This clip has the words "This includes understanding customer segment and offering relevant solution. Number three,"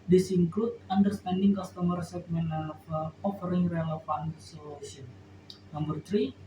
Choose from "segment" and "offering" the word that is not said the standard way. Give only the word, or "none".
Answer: segment